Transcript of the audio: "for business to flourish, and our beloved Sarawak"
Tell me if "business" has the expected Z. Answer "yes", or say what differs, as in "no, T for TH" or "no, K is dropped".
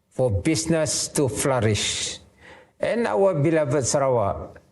no, S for Z